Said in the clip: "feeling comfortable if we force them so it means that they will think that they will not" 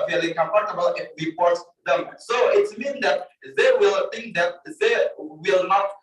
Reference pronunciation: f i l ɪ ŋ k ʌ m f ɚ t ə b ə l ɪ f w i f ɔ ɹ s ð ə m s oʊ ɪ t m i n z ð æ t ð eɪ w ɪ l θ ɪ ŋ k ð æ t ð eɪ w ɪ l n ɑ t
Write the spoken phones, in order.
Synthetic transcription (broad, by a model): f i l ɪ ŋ k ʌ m p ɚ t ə b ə l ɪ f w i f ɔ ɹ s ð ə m s oʊ ɪ t m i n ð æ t ð eɪ w ɪ l θ ɪ ŋ k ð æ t ð eɪ w ɪ l n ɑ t